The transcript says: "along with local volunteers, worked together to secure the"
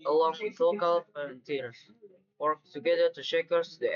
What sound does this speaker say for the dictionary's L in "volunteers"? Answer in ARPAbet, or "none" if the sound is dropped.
none